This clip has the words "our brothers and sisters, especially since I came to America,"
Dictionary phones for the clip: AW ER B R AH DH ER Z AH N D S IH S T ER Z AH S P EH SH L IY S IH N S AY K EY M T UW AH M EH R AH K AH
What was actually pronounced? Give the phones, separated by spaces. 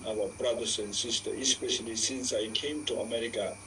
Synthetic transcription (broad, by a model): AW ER B R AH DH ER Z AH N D S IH S T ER AH S P EH SH L IY S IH N S AY K EY M T UW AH M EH R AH K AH